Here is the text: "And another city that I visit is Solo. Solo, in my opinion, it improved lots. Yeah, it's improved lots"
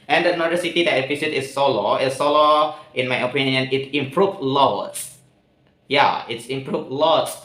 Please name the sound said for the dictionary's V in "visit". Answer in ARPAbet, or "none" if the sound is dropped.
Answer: P